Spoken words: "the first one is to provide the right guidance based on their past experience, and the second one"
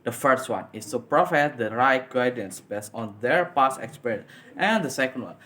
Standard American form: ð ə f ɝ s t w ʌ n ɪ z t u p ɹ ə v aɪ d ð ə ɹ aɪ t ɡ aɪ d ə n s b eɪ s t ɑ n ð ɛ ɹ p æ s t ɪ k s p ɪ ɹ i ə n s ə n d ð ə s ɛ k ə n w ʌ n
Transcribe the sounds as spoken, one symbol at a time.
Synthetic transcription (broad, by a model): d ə f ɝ s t w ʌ n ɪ s t u p ɹ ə f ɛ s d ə ɹ aɪ t ɡ aɪ d ə n s b eɪ s t ɑ n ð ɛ ɹ p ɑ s ɪ k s p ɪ ɹ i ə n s ə n d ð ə s ɛ k ə n w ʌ n